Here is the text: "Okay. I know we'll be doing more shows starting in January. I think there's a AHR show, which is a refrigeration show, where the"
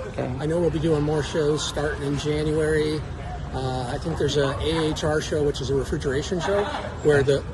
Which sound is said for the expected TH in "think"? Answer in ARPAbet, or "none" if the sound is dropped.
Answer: TH